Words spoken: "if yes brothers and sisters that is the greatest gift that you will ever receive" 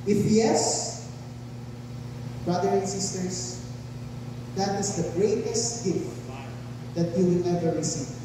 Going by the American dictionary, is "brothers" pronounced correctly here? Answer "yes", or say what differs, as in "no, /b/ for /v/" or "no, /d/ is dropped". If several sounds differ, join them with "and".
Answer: no, /z/ is dropped